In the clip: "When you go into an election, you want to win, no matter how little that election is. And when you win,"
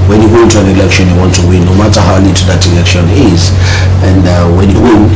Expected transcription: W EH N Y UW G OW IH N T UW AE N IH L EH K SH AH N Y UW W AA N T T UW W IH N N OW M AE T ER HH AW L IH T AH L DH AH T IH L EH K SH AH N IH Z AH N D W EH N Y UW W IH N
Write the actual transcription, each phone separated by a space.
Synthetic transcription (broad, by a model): W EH N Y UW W IH N T UW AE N IH L EH K SH AH N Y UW W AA N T T UW W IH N N OW M AE T ER HH AW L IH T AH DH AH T IH L EH K SH AH N IH Z AH N D W EH N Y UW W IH N